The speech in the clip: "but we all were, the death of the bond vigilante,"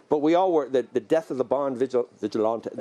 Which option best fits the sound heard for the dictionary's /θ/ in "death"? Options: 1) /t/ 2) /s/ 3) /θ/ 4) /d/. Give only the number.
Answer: 3